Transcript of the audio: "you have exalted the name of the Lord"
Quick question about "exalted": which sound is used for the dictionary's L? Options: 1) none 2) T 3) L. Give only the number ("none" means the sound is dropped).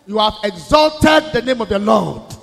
3